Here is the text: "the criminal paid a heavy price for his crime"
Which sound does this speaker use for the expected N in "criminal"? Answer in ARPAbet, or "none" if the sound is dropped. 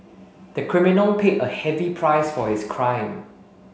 N